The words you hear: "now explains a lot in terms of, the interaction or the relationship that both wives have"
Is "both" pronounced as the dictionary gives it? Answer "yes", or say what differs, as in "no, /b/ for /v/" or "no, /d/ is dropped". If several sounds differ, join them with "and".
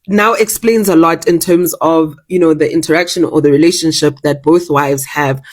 yes